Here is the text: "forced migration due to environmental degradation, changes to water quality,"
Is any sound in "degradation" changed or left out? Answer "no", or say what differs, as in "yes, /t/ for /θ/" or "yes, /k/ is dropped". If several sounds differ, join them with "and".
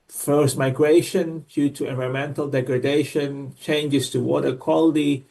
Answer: no